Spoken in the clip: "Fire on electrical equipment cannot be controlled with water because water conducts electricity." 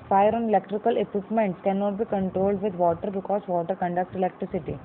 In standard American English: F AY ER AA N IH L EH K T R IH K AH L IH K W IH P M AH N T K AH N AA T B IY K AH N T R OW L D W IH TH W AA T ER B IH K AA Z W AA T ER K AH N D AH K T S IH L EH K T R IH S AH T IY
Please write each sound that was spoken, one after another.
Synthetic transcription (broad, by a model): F AY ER AA N IH L EH K T R IH K AH L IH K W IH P M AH N T K AH N AA T B IY K AH N T R OW L D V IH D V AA T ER B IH K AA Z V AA T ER K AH N D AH K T IH L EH K T R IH S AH T IY